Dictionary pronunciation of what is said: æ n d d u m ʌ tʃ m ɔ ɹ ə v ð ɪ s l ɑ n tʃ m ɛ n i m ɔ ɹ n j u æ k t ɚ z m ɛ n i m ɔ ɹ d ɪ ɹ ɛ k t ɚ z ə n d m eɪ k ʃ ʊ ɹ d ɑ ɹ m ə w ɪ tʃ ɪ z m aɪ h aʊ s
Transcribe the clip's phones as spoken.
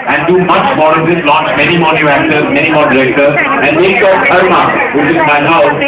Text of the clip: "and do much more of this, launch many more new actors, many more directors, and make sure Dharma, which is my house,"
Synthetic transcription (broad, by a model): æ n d d u m ʌ tʃ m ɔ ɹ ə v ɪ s l ɑ n tʃ m ɛ n i m ɔ ɹ n j u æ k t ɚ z m ɛ n i m ɔ ɹ d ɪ ɹ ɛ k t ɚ ə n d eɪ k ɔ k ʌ ɹ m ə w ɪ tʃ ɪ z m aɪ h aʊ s